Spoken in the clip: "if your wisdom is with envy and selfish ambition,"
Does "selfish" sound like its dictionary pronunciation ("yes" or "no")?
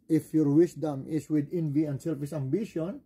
no